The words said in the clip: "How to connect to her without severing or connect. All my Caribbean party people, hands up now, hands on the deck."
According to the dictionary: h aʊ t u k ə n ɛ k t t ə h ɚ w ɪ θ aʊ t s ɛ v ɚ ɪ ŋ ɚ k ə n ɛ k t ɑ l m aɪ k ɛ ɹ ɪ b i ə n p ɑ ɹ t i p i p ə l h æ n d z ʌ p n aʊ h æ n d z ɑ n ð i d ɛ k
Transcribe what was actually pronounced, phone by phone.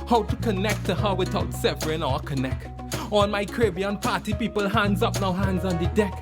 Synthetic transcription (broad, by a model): h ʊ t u k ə n ɛ k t t ə h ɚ w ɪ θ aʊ t s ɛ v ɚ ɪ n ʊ k ə n ɛ k t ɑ n m aɪ k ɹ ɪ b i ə n p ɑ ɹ t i p i p ə l h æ n d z ʌ p n aʊ h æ n d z ɑ n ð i d ɛ k